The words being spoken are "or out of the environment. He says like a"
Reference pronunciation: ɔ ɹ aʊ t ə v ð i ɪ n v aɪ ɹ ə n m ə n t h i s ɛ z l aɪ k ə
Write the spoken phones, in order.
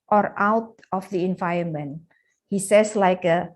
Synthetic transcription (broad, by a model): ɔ ɹ aʊ t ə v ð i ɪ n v aɪ ə n m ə n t h i s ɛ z l aɪ k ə